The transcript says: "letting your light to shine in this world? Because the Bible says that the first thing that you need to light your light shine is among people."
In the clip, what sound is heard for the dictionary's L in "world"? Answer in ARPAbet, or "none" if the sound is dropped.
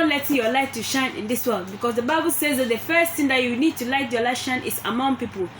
L